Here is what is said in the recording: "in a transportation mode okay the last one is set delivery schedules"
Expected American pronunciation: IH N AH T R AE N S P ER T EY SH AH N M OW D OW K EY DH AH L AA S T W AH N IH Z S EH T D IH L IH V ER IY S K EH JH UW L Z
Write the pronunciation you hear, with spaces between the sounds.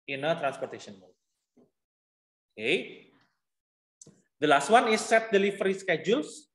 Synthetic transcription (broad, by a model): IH N AH T R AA N S P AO T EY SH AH N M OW OW K EY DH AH L AA S T W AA N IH S EH T D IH L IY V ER IY S K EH JH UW L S